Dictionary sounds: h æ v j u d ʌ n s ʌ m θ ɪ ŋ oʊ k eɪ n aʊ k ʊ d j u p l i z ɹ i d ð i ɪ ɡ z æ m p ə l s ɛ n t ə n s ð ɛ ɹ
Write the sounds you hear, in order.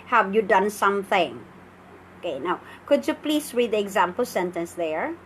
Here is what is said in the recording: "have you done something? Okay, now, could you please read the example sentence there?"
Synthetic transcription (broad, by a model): h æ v j u d ʌ n s ʌ m θ ɪ ŋ oʊ k eɪ n aʊ k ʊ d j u p l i s ɹ i d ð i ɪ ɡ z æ m p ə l s ɛ n t ə n s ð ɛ ɹ